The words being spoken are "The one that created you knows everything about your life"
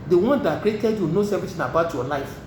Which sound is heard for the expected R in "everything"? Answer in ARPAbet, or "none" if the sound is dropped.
none